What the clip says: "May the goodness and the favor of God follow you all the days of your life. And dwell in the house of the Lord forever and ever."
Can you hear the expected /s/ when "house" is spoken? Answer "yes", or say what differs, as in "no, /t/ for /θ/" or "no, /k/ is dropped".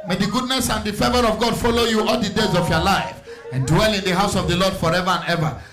yes